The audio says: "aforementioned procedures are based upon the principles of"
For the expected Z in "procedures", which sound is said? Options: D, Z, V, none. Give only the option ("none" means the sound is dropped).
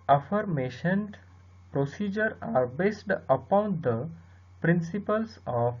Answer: none